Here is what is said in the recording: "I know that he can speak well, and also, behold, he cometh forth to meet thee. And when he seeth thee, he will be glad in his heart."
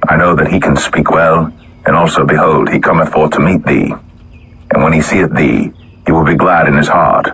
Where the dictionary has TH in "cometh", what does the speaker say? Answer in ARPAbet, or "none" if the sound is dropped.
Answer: TH